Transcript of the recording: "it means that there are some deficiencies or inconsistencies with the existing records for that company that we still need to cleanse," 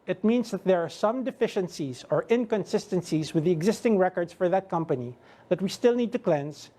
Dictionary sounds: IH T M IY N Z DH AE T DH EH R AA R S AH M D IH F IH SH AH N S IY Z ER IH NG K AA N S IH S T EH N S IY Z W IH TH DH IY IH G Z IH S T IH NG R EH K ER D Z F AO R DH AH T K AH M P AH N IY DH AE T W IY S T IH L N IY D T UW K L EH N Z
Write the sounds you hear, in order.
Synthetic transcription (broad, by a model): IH T M IY N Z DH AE T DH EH R AA R S AH M D IH F IH SH AH N S IY Z ER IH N K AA N S IH S T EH N S IY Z W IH DH IY IH G Z IH S T IH NG R EH K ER D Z F AO R DH AH T K AH M P AH N IY DH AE T W IY S T IH L N IY D T UW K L EH N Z